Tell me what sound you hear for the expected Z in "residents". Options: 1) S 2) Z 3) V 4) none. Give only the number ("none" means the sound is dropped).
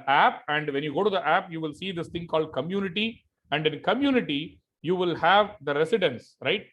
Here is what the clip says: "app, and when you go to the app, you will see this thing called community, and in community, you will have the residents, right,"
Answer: 1